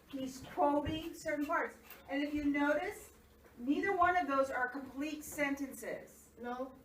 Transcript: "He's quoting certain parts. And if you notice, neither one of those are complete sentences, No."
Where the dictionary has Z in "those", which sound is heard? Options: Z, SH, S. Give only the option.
Z